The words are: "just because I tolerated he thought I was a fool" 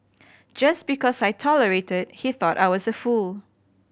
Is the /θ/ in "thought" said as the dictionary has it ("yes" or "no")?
yes